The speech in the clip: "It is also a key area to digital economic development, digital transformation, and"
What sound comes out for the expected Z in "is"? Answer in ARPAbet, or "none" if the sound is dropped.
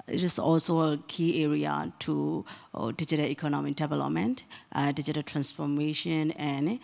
S